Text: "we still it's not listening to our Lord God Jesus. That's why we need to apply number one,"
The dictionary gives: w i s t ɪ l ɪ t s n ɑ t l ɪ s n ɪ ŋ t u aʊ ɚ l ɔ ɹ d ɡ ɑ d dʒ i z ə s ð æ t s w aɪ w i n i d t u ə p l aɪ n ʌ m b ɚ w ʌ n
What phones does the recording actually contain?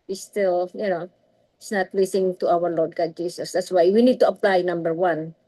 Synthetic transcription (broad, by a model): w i s t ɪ l ɪ t s n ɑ t l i s ɪ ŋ t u aʊ ɚ l ɔ ɹ d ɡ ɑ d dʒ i s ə s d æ t s w aɪ w i n i d t u ə p l aɪ n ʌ m b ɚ w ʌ n